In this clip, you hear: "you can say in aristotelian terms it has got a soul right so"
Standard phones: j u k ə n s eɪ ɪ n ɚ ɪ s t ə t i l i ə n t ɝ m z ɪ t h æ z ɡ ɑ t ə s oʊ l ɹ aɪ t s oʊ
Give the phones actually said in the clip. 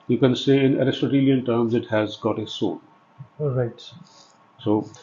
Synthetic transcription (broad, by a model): j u k ə n s eɪ ɪ n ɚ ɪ s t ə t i l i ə n t ɝ m z ɪ t h æ z ɡ ɑ t ə s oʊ n ɹ aɪ t s oʊ